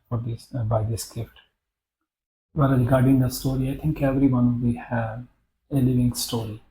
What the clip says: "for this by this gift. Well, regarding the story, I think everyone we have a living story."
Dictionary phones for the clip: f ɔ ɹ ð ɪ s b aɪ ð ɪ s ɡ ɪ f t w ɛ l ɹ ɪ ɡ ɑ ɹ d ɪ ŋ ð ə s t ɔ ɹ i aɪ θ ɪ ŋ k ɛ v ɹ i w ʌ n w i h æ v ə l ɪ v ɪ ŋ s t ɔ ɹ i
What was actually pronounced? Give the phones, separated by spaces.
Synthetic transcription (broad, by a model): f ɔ ɹ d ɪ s b aɪ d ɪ s ɡ ɪ f t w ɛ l ɹ ɪ ɡ ɑ ɹ d ɪ ŋ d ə s t ɔ ɹ i aɪ t ɪ ŋ k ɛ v ɹ i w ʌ n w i h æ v ə l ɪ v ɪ ŋ s t ɔ ɹ i